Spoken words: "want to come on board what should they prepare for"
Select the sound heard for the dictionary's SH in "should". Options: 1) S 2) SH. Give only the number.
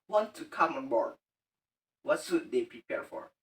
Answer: 1